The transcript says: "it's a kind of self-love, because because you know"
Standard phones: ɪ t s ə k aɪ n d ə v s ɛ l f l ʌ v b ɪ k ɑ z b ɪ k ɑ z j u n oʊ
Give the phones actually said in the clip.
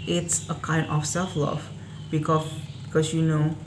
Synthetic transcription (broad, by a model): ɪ t s ə k aɪ n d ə f s ɛ l f l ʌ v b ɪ k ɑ b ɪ k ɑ s j u n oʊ